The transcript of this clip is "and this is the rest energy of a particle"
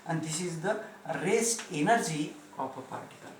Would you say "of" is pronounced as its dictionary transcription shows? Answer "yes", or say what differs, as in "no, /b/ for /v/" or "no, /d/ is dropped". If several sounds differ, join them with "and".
no, /p/ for /v/